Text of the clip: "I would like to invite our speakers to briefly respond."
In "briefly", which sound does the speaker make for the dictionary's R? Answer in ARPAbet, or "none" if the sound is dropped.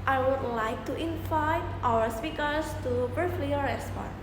none